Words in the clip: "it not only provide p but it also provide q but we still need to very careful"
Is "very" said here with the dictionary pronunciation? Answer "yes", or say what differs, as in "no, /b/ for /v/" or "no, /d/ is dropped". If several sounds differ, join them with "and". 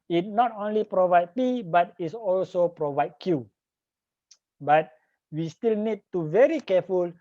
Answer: yes